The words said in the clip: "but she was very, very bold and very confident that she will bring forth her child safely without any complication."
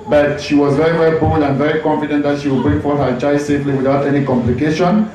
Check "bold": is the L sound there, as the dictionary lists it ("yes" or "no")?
no